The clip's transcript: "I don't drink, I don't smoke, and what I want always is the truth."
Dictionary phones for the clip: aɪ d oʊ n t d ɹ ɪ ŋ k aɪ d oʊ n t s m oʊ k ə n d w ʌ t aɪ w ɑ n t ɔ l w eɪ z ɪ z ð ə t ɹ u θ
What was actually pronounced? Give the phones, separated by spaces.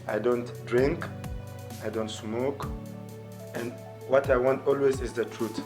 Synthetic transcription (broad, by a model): aɪ d oʊ n t d ɹ ɪ ŋ k aɪ d oʊ n t s m oʊ k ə n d w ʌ t aɪ w ɑ n t ɔ l w eɪ z ɪ z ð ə t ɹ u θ